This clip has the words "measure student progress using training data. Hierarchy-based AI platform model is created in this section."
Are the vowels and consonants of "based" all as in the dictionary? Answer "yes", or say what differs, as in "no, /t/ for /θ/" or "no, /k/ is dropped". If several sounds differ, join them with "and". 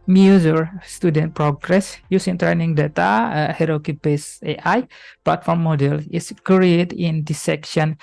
no, /t/ is dropped